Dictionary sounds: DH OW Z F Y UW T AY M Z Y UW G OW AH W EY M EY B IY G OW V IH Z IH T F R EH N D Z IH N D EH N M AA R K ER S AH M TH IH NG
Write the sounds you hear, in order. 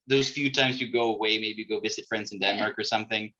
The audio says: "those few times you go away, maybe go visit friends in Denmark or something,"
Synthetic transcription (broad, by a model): DH OW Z F Y UW T AY M Z Y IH G OW AH W EY M EY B IY G OW V IH Z IH T F R EH N D Z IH N D EH N M AA R K ER S AH M TH IH NG